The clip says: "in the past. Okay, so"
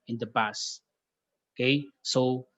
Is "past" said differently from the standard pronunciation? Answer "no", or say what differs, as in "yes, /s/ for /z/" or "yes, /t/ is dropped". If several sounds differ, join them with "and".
yes, /t/ is dropped